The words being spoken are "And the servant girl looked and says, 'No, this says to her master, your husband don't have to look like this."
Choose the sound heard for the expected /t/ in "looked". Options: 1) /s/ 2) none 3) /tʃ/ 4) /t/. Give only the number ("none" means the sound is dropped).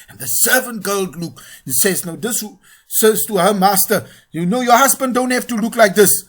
2